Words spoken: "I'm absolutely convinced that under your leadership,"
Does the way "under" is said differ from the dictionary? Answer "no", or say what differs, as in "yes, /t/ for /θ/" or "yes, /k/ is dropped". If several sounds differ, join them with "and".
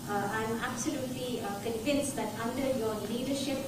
no